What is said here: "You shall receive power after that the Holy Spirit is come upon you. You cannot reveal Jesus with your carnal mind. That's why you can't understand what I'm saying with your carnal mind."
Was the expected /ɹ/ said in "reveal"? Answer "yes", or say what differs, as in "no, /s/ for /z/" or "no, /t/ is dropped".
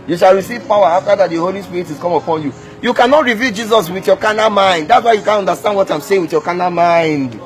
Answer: yes